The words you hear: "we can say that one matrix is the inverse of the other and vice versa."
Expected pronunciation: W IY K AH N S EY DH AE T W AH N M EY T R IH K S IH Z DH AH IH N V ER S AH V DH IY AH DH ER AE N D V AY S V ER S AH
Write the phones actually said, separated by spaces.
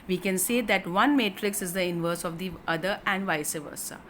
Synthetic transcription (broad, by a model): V IY K AH N S EY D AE T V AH N M EY T R IH K S IH Z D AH IH N V ER S AH V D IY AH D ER AE N D V AY S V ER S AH